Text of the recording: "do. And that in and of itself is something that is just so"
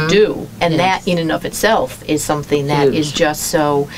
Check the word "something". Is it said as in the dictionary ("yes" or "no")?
yes